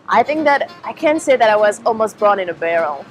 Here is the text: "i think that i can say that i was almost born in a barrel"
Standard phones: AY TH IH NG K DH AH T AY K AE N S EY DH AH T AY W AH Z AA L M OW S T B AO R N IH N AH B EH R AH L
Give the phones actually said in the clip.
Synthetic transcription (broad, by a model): AY TH IH NG K DH AH T AY K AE N S EY DH AH T AY W AH Z AA L M OW S T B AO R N IH N AH B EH R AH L